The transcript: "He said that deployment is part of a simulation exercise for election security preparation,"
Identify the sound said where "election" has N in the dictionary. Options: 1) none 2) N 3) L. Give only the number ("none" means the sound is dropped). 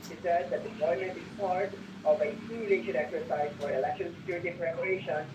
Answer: 3